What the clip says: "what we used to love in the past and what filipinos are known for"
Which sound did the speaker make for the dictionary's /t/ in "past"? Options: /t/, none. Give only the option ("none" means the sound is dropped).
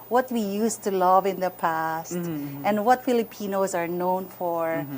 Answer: /t/